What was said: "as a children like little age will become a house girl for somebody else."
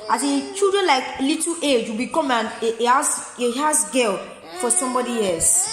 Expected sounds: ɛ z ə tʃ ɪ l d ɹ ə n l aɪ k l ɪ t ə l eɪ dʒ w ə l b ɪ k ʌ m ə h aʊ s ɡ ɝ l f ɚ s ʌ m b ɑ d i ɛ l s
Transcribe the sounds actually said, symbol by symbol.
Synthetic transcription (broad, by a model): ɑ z ə tʃ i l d ɹ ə n l aɪ k l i t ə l eɪ dʒ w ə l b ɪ k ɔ m ə h aʊ s ɡ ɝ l f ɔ s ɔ m b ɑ d i ɛ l s